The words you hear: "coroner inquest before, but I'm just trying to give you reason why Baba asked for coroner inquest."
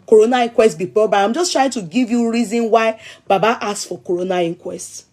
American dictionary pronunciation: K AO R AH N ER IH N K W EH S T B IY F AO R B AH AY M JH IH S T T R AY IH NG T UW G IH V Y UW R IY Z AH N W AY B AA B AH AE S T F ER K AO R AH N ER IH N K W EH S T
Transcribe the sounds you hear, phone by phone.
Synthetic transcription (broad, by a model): K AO R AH N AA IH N K W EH S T B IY P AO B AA AY M JH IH S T T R AY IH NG T UW G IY V Y UW R IY Z AH N W AY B AA B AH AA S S F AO K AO R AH N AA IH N K W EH S T